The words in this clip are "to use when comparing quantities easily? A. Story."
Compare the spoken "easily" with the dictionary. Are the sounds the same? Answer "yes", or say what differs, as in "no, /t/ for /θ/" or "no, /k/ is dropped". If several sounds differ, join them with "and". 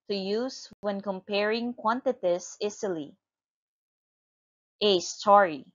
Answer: no, /s/ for /z/